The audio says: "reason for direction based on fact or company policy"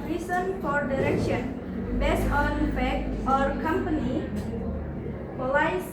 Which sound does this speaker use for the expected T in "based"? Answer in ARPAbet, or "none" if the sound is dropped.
none